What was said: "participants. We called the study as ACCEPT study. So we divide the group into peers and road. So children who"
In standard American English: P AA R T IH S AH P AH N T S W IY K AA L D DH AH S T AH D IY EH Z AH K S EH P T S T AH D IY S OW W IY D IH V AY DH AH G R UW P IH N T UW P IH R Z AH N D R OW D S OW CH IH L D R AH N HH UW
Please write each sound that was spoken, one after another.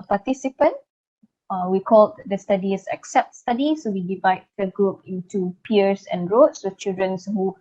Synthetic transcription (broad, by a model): P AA T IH S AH P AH N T W IY K AA L D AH S T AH D IY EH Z AH K S EH P T S T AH D IY S OW W IY D IH V AY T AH G R UW P IH N T UW P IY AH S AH N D R OW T S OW CH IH L D R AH N HH UW